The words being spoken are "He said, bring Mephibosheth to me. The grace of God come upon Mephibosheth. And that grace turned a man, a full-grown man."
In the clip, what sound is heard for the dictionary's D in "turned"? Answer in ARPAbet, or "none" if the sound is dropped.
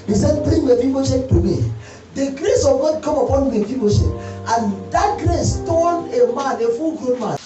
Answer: none